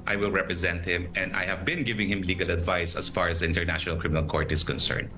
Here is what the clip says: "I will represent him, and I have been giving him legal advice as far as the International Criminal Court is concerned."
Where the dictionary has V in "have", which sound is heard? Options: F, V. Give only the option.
V